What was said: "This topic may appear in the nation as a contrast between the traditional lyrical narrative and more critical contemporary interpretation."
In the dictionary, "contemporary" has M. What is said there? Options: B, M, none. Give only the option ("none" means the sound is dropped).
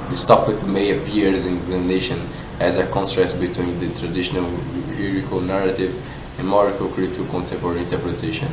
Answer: none